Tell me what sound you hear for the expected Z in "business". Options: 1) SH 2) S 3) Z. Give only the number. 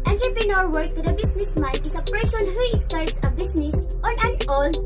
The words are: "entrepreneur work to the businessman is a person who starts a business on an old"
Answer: 2